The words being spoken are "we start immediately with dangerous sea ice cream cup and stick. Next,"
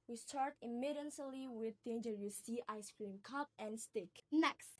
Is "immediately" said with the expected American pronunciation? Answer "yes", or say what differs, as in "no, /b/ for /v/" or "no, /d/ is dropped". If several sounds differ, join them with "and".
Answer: no, /s/ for /t/